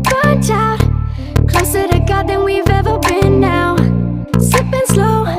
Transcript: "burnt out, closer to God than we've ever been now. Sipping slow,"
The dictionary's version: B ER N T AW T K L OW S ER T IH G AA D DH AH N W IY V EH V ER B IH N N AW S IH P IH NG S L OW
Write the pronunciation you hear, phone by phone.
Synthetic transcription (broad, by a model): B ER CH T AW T K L OW S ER T IH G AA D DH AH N W IY V EH V ER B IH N N AW S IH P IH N S L OW